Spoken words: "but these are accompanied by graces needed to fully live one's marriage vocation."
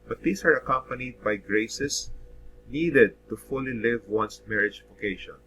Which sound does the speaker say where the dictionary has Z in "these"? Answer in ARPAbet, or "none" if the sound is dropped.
S